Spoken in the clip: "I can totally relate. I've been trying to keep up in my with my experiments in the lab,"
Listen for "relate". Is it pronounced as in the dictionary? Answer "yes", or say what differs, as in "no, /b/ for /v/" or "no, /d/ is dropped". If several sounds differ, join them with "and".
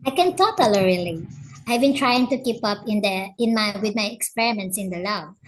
no, /t/ is dropped